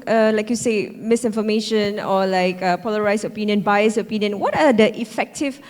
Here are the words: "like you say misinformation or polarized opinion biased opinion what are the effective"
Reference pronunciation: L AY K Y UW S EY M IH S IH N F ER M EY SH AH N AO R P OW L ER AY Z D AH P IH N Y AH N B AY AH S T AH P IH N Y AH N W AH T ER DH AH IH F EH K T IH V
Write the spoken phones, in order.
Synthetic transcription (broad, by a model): L AY K Y UW S EY M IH S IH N F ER M EY SH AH N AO L P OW L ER AY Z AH P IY N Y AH N B AY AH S AH P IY N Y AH N W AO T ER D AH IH F EH K T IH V